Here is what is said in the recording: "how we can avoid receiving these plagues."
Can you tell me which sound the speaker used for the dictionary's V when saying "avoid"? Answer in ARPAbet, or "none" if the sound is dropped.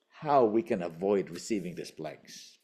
V